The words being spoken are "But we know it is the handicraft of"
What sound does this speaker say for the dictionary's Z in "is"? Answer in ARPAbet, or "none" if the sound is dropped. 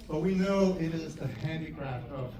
Z